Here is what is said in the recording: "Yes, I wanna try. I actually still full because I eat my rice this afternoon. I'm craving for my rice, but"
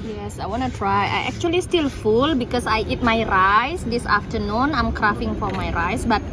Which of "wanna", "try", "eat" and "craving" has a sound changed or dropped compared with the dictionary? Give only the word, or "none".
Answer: craving